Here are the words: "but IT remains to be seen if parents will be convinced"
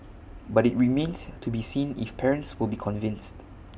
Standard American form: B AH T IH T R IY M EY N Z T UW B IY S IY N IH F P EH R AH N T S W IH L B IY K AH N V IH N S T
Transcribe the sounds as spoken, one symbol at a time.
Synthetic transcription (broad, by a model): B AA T IH T R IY M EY N S T UW B IY S IY N IH F P EH R AH N T S W IH L B IY K AH N V IH N S T